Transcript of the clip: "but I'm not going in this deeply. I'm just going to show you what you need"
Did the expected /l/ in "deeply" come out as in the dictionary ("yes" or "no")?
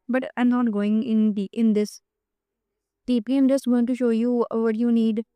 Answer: no